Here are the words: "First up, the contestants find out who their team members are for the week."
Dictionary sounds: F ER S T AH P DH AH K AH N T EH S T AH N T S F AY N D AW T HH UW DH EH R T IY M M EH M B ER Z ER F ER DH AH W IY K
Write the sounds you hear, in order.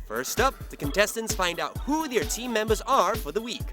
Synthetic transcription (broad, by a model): F ER S T AH P DH AH K AH N T EH S T AH N T S F AY N D AW T HH UW DH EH R T IY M M EH M B ER Z ER F ER DH AH W IY K